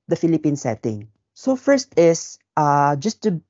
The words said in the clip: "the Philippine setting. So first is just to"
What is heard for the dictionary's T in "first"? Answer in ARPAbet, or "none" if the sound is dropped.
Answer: T